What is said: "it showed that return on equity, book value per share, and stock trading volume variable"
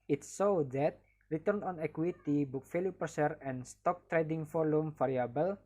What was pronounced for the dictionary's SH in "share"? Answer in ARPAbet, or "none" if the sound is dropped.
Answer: S